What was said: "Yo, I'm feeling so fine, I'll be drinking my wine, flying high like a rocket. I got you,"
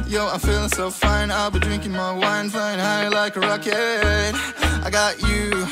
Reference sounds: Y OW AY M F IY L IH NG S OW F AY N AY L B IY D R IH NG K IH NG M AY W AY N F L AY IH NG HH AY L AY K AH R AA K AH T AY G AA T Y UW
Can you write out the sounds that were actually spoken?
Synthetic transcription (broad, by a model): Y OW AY F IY L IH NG S OW F AY N AY L B IY D R IH NG K IH NG M AY W AY N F AY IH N HH AY L AY K AH R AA K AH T AY G AA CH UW